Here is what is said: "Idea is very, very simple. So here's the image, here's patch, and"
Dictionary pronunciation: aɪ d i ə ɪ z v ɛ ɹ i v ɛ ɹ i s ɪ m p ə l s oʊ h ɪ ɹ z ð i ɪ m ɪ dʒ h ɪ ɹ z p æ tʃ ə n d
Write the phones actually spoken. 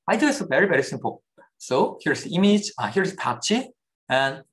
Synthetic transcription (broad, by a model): aɪ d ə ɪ s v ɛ ɹ i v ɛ ɹ i s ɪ m p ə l s oʊ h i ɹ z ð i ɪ m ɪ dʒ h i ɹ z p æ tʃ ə n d